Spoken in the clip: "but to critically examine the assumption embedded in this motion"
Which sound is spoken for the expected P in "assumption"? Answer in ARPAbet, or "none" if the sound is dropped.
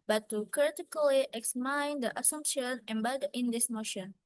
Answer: P